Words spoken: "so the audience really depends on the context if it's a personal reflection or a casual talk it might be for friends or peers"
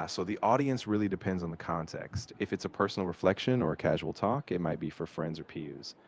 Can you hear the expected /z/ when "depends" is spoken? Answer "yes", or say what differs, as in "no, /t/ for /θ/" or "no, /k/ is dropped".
yes